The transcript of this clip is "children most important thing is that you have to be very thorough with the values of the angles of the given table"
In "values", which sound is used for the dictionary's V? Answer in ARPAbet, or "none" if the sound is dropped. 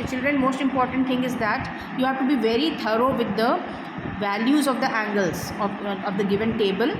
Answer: V